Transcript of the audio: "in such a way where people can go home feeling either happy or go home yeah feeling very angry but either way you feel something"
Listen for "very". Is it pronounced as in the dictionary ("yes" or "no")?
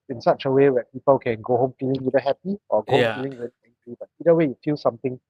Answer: no